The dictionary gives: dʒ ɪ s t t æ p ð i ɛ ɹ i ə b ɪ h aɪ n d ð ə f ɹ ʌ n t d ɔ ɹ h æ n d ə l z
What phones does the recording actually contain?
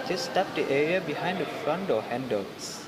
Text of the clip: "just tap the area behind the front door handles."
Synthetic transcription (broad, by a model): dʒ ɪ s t t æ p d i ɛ ɹ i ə b ɪ h aɪ n d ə f ɹ ʌ n t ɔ h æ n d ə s